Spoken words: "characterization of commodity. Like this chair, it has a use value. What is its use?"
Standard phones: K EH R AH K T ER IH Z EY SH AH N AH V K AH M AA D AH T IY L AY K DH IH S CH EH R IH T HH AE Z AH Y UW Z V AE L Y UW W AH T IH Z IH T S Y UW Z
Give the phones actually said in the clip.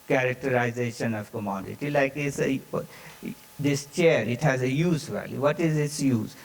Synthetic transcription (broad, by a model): K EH R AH K T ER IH Z EY SH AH N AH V K AH M AA D AH T IY L AY K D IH S CH EH R IH T HH AE Z AH Y UW Z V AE L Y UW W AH T IH Z IH T S Y UW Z